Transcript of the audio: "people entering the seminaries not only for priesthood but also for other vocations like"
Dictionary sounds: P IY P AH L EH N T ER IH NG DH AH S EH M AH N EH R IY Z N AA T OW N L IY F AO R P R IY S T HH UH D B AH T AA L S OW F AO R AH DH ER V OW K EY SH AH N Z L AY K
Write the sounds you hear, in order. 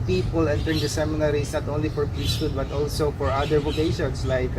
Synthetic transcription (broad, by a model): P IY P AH L EH N T ER IH NG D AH S EH M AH N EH R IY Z N AA T OW N L IY F AO R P L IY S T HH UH D B AH T AA L S OW F AO R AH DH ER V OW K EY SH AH N S L AY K